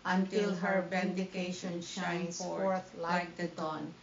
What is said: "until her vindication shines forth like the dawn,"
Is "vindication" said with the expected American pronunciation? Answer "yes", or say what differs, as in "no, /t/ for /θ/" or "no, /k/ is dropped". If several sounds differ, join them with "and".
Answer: no, /b/ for /v/